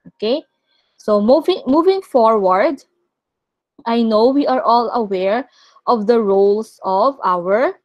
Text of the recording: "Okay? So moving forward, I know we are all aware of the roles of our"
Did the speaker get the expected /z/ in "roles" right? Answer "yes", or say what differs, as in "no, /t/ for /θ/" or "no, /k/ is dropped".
no, /s/ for /z/